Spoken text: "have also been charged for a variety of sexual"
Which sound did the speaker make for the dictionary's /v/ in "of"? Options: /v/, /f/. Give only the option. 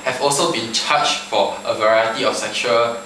/f/